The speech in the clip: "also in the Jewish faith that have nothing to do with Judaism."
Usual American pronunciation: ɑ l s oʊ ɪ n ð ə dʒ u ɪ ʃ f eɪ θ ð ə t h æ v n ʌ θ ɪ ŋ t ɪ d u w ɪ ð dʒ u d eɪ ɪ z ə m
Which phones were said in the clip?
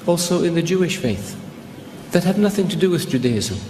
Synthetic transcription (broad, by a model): ɑ l s oʊ ɪ n ð ə dʒ u ɪ ʃ f eɪ θ ð ə t h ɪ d n ʌ θ ɪ ŋ t ɪ d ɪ w ɪ ð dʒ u d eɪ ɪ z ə